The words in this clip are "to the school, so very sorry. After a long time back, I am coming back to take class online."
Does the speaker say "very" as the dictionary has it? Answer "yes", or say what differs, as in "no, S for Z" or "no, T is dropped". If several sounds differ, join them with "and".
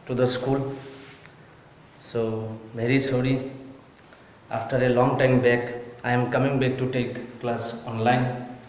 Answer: no, B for V